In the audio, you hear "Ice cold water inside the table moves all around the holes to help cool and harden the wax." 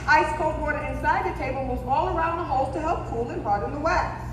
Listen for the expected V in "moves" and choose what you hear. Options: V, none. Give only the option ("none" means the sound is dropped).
none